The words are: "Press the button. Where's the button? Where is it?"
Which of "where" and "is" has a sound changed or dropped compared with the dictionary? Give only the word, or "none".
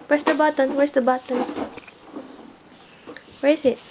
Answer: is